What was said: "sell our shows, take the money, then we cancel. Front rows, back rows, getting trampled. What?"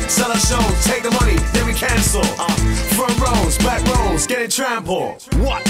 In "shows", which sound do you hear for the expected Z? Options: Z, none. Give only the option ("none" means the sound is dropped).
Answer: none